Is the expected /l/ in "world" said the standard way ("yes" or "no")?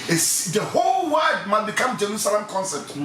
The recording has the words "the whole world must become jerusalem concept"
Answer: no